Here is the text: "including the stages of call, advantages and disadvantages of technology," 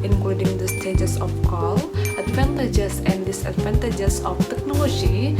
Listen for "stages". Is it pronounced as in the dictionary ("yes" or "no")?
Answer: no